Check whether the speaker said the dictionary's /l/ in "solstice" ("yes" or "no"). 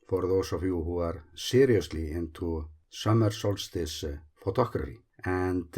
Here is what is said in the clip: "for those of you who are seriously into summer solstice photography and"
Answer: yes